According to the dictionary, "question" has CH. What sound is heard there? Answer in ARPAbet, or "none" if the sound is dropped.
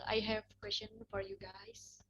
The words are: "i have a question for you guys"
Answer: SH